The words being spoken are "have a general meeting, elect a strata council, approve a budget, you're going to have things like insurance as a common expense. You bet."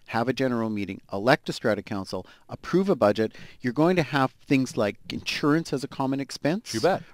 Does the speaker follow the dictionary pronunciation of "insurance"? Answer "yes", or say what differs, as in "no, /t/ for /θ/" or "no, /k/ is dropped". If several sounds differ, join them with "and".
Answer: yes